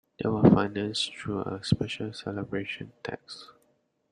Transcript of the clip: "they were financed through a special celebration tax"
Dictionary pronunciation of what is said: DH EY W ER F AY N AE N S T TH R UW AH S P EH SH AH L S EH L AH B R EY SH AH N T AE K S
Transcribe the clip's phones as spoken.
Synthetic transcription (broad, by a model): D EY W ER F AY N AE N S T R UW AH S P EH SH AH L S EH L AH B R EY SH AH N T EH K S